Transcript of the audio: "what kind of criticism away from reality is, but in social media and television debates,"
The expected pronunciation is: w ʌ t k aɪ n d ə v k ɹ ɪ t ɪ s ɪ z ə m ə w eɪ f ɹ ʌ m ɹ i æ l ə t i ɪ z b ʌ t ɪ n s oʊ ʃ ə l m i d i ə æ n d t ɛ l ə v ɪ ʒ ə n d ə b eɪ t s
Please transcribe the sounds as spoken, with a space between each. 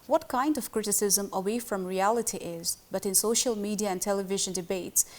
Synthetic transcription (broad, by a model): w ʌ t k aɪ n d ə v k ɹ ɪ t ɪ s ɪ z ə m ə w eɪ f ɹ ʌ m ɹ i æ l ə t i ɪ z b ʌ t ɪ n s oʊ ʃ ə l m i d i ə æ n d t ɛ l ə v ɪ ʒ ə n d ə b eɪ t s